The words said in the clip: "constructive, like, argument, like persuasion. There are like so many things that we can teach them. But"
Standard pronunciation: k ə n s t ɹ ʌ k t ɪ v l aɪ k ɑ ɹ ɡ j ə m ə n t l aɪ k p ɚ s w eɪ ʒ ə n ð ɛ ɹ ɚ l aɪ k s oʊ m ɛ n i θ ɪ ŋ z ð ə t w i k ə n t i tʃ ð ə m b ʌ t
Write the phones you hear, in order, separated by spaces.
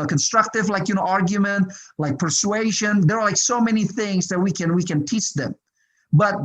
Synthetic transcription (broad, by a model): k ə n s t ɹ ʌ k t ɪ v l aɪ k ɑ ɹ ɡ j ə m ə n t l aɪ k p ɚ s w eɪ ʒ ə n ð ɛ ɹ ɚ l aɪ k s oʊ m ɛ n i θ ɪ ŋ z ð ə t w i k ə n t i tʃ ð ə m b ʌ t